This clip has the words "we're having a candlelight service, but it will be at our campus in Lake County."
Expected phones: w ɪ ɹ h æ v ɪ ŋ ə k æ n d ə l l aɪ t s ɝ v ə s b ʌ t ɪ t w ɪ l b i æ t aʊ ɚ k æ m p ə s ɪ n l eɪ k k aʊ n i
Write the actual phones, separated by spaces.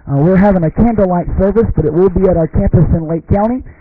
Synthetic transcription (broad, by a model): w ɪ ɹ h æ v ɪ ŋ ə k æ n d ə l l aɪ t s ɝ v ə s b ʌ t ɪ t w ɪ l b i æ t aʊ ɚ k æ m p ə s ɪ n l eɪ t k aʊ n i